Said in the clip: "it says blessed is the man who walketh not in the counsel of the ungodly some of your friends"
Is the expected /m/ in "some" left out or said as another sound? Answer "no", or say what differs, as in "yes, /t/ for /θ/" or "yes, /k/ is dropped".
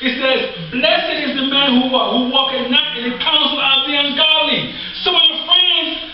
yes, /m/ is dropped